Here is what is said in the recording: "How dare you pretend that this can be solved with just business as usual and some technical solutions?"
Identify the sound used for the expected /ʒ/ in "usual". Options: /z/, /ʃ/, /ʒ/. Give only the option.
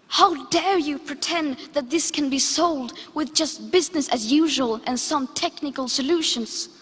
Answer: /ʒ/